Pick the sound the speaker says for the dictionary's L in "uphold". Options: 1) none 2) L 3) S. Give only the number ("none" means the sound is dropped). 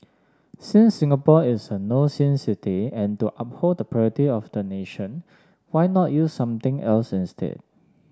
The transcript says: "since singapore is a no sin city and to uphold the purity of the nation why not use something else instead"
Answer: 1